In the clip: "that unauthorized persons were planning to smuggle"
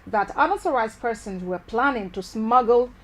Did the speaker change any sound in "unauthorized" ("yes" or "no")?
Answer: yes